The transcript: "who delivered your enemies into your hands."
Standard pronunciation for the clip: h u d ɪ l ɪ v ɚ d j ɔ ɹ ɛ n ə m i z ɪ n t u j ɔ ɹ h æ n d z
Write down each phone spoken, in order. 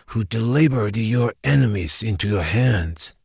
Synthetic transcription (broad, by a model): h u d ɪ l ɪ b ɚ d j ɔ ɹ ɛ n ə m i z ɪ n t u j ɔ ɹ h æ n d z